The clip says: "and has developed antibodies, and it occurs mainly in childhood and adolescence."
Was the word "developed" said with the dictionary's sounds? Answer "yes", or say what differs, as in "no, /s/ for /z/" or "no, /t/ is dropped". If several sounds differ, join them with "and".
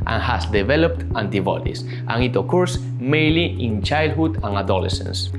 yes